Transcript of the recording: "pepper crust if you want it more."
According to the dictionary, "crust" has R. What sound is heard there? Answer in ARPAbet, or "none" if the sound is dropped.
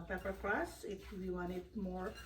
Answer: L